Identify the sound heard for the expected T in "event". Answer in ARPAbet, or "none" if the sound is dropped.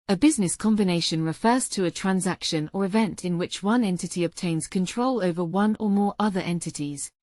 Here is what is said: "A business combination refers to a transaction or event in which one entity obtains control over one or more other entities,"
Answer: T